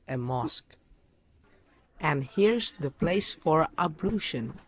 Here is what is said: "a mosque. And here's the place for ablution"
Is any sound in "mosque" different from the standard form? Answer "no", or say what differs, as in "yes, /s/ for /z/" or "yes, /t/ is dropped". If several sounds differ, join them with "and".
no